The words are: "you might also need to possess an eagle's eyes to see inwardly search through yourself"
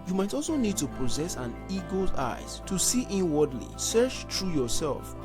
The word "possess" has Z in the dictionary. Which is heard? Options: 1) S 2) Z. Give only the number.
2